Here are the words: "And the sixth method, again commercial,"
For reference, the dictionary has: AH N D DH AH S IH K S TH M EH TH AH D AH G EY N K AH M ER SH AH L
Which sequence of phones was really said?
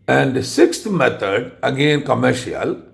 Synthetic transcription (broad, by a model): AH N D S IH K S T M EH T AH D AH G EY N K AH M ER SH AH L